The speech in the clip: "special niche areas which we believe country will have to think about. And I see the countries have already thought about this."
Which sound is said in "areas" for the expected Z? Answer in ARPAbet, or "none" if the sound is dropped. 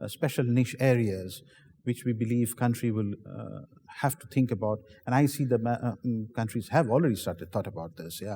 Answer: Z